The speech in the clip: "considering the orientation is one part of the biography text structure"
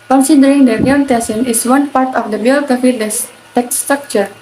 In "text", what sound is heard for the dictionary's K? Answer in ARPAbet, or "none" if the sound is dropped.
none